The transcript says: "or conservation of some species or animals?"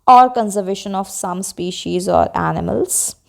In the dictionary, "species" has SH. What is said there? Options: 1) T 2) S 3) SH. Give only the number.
3